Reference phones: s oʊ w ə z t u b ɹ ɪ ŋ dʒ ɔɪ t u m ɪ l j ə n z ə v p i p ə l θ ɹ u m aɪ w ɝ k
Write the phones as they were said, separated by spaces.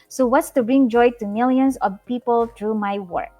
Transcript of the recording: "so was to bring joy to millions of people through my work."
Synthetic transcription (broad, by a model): s oʊ w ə s t u b ɹ ɪ ŋ dʒ ɔɪ t u m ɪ l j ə n s ə v p i p ə l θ ɹ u m aɪ w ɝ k